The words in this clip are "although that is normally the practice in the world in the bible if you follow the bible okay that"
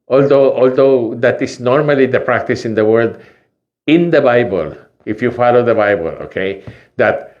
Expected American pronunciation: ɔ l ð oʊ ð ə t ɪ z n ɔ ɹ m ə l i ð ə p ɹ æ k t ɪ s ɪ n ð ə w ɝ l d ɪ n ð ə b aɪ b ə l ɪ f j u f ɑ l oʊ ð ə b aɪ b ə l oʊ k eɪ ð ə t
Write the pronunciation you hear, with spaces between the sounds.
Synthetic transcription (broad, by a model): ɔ l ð oʊ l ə t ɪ s n ɔ ɹ m ə l i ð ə p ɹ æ k t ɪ s ɪ n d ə w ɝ d ɪ n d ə b aɪ b ə l ɪ f j u f ɑ l oʊ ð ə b aɪ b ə l oʊ k eɪ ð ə t